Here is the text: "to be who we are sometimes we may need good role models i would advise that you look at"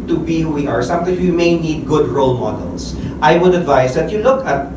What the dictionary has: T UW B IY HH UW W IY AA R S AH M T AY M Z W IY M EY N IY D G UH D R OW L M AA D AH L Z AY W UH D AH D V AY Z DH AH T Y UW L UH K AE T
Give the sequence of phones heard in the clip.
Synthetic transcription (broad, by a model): T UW B IY HH UW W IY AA R S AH M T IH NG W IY M EY N IY D G UH D R OW L M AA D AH L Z AY W UH D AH D V AY S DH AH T Y UW L UH K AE T